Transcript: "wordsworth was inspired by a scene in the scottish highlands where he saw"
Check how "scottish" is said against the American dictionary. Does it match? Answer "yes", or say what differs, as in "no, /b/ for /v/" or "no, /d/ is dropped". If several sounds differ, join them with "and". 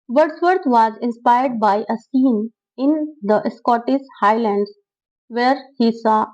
no, /s/ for /ʃ/